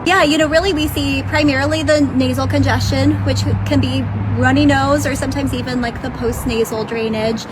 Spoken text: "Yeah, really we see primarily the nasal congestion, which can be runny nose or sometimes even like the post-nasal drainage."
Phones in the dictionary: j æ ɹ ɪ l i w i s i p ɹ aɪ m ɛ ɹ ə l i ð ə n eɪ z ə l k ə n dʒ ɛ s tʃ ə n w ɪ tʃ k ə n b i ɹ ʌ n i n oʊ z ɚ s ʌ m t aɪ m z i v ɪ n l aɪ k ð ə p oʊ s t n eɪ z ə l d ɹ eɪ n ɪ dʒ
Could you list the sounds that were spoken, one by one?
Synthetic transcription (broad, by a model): j æ ɹ ɪ l i w i s i p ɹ aɪ m ɛ ɹ l i ð ə n eɪ z l k ə n dʒ ɛ s tʃ ə n w ɪ tʃ k ə n b i ɹ ʌ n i n oʊ z ɚ s ʌ m t aɪ m z i v ɪ n l aɪ k ð ə p oʊ s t n eɪ z l d ɹ eɪ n ɪ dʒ